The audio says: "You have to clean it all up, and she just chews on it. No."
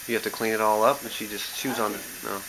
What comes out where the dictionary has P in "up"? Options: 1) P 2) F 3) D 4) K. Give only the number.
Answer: 1